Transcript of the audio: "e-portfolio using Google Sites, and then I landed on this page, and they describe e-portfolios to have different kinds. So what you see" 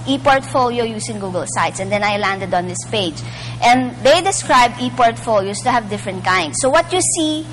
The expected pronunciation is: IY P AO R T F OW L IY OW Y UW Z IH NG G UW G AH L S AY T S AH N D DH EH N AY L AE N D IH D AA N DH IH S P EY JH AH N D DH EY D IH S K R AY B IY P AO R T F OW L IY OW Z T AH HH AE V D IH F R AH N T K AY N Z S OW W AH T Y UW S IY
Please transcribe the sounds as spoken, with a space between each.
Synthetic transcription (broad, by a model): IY P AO R T F OW L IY OW Y UW S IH NG G UW G AH L S AY T S AH N D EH N AY L AE N D IH D AA N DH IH S P EY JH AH N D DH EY D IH S K R AY B IY P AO R T F OW L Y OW S T AH HH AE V D IH F R AH N T K AY N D S OW W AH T Y UW S IY